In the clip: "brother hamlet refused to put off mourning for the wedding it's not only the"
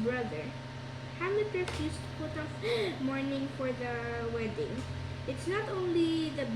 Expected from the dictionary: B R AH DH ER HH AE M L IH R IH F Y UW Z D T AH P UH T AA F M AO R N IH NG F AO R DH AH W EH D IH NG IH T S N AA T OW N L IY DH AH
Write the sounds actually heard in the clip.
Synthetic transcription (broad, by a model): B R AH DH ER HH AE L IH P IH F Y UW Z T AH P UH T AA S M AO R N IH NG F AO R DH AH W EH D IH NG IH T S N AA T OW N L IY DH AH